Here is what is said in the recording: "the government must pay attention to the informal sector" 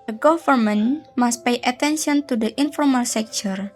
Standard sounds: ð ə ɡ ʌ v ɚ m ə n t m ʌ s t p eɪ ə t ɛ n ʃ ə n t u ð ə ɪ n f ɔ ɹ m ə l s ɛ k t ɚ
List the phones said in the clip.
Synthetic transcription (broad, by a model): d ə ɡ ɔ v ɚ m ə n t m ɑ s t p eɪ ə t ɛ n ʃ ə n t u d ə ɪ n f ɔ ɹ m ə l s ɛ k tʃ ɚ